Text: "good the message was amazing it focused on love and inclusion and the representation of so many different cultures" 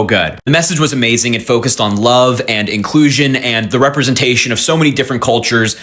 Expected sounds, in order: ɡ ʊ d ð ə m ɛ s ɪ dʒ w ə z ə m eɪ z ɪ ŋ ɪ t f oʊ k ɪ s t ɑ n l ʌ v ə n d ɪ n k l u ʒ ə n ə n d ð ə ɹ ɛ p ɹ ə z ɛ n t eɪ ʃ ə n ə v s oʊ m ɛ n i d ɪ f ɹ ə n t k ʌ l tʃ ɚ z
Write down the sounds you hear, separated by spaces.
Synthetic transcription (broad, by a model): ɡ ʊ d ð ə m ɛ s ɪ dʒ w ə z ə m eɪ z ɪ ŋ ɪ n f oʊ k ɪ s t n l ʌ v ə n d ɪ n k l u ʒ ə n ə n ð ə ɹ ɛ p ɹ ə z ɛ n t eɪ ʃ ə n ə v s oʊ m ɛ n i d ɪ f ɹ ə n k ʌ l tʃ ɚ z